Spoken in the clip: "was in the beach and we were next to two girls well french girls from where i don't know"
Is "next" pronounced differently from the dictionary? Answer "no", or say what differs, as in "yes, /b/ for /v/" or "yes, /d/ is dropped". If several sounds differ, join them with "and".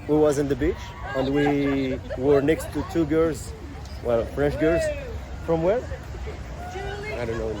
no